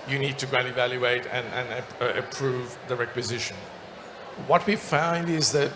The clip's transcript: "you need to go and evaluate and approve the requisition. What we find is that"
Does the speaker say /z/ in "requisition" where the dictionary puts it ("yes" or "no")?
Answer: yes